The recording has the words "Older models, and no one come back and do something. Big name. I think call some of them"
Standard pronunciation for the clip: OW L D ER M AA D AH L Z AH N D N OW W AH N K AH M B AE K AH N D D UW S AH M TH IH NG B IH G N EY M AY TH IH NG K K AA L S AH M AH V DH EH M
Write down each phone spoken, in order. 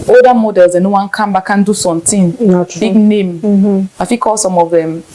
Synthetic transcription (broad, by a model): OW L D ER M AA D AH L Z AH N N OW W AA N K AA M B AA K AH N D D UW S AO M T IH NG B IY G N EY M AY F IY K K AA L S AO M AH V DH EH M